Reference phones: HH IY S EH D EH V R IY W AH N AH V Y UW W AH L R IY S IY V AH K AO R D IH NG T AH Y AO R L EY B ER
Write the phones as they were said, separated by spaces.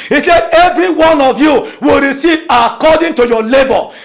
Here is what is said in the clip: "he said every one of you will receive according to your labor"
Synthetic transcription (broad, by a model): HH IY S EH D EH V R IY W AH N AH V Y UW W AH L R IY S IY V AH K AO D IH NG T AH Y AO L EY B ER